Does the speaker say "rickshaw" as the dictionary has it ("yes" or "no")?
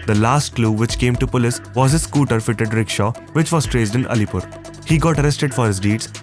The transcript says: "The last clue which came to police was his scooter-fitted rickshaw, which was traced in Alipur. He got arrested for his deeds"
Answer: yes